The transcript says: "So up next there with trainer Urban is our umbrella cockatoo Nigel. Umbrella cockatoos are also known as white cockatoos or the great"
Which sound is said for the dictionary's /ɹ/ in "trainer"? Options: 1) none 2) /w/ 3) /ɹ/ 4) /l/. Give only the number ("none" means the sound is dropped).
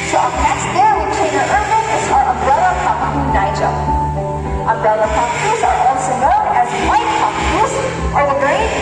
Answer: 1